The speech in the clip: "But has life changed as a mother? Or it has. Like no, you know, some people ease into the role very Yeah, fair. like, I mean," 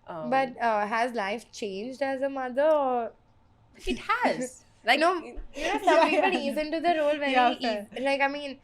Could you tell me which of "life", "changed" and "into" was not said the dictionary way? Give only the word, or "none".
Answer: none